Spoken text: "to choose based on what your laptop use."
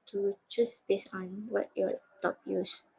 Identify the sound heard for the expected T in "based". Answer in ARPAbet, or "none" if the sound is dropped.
none